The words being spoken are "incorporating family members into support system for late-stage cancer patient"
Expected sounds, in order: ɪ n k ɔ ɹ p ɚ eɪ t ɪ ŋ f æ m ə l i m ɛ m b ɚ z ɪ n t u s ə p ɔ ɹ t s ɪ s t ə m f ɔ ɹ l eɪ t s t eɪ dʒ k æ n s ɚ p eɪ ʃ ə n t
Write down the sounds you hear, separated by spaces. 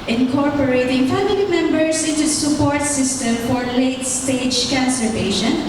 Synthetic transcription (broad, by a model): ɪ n k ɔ ɹ p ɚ eɪ t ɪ ŋ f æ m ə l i m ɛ m b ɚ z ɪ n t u s ə p ɔ ɹ t s ɪ s t ə m f ɔ ɹ l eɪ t s t eɪ dʒ k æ n s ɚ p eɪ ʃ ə n